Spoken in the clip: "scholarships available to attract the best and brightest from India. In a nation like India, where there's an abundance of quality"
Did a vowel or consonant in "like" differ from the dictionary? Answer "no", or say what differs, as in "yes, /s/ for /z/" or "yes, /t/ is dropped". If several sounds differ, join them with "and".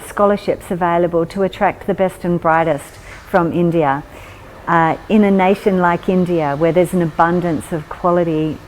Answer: no